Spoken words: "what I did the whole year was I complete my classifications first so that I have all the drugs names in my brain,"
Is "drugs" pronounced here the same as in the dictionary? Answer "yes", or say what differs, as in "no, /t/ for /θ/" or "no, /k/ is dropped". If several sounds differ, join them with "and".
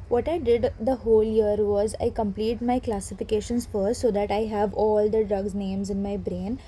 yes